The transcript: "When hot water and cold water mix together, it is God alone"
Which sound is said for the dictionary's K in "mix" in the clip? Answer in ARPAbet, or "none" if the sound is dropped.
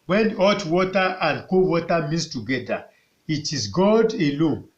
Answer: none